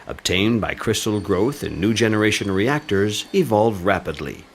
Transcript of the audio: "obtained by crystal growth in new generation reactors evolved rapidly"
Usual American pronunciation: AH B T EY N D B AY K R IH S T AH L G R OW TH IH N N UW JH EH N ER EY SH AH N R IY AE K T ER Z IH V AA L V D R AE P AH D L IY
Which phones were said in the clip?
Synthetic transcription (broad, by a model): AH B T EY N B AY K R IH S T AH L G R OW TH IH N N UW JH EH N ER EY SH AH N R IY AE K T ER Z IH V AA L V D R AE P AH D L IY